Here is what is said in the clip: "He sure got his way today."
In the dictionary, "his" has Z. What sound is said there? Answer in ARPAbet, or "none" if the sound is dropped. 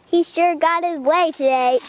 Z